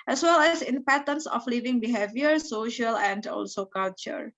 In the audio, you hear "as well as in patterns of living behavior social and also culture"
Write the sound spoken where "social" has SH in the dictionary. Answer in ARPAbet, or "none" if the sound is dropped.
SH